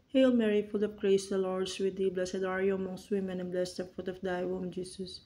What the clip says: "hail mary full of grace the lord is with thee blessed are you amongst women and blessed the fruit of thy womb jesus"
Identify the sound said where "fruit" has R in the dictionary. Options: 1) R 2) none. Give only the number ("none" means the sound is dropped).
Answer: 2